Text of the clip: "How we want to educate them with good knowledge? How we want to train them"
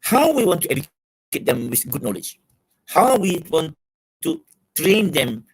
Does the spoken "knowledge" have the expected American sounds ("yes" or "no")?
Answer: yes